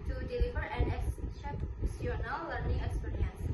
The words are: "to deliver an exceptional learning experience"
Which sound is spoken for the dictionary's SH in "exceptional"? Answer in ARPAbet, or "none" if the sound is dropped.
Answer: S